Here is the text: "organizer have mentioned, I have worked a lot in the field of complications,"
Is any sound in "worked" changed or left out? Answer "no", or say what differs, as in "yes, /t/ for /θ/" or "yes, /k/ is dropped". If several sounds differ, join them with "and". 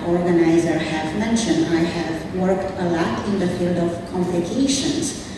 no